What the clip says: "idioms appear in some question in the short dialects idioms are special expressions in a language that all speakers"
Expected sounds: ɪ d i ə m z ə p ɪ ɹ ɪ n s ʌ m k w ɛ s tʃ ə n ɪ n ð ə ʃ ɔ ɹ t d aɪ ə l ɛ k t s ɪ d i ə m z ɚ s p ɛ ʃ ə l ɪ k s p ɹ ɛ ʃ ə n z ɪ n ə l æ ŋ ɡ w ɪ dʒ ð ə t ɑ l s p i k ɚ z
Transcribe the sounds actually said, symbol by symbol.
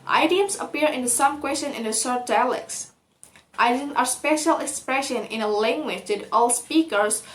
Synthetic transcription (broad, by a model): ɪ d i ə m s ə p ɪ ɹ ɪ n s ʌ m k w ɛ s tʃ ə n ɪ n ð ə s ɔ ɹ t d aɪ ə l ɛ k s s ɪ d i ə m ɚ s p ɛ ʃ ə l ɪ k s p ɹ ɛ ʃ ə n ɪ n ə l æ ŋ ɡ w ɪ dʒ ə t ɑ l s p i k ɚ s